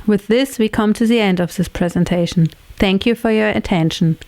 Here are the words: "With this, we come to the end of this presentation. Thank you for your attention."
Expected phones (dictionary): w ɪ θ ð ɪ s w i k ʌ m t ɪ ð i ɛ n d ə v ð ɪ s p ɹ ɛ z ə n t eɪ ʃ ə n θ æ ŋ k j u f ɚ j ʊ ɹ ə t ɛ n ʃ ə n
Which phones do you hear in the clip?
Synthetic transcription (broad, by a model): w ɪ ð ɪ s w i k ʌ m t ɪ ð i ɛ n d ə v ð ɪ s p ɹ ɛ z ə n t eɪ ʃ n θ æ ŋ k j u f ɚ j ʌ ɹ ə t ɛ n ʃ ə n